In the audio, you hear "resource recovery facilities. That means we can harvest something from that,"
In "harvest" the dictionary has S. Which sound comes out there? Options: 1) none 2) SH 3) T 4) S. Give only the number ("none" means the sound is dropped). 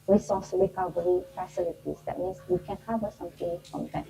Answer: 1